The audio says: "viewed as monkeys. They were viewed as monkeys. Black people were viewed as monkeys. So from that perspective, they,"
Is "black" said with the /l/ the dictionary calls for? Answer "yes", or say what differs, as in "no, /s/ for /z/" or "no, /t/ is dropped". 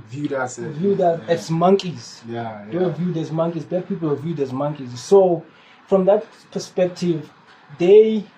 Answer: no, /l/ is dropped